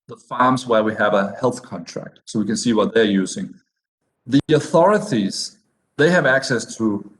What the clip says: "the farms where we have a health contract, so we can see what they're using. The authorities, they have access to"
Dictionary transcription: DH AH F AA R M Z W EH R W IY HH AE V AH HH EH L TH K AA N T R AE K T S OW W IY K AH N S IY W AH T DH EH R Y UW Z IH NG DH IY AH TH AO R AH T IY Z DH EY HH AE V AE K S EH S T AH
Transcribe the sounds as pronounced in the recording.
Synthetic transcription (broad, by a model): DH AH F AA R M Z W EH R W IY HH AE V AH HH EH L TH K AA N T R AE K T S OW W IY K AH N S IY W AH T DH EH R Y UW Z IH NG DH IY AH TH AO R AH T IY Z DH EY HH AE V AE K S EH S T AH